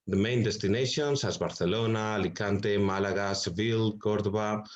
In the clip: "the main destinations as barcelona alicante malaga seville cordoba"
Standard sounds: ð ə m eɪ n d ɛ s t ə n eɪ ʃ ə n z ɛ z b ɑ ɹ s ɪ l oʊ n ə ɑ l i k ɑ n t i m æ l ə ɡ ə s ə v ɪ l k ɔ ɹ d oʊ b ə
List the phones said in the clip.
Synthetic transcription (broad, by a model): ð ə m eɪ n d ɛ s t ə n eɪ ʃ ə n s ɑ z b ɑ ɹ θ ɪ l oʊ n ɑ l i k ɑ n t i m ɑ l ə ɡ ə s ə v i l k ɔ ɹ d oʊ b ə